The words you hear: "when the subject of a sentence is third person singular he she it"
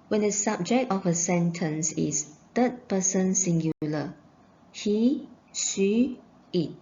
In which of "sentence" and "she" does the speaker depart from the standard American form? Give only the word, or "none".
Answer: she